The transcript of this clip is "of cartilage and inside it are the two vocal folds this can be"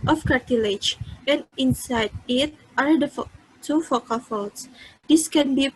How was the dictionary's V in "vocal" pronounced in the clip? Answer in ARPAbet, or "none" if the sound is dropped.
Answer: F